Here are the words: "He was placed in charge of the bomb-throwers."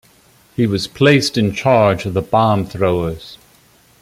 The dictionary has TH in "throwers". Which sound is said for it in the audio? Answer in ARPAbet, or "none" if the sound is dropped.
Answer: TH